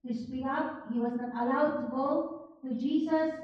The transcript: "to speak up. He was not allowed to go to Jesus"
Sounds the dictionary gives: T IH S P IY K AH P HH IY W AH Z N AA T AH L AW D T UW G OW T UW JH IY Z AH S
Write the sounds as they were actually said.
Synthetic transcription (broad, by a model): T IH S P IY AH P HH IY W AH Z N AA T AH L AW D T UW G OW T UW JH IY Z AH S